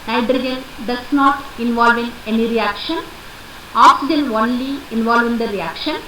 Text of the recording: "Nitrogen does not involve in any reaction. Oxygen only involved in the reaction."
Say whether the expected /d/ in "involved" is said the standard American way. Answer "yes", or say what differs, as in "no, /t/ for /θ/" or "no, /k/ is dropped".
no, /d/ is dropped